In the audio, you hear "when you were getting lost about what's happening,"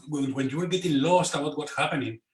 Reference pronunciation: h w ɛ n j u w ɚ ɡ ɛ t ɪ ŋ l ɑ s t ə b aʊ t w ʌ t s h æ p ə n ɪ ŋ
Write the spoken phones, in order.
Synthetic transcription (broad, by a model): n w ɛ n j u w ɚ ɡ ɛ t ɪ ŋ l ɑ s t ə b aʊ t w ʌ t h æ p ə n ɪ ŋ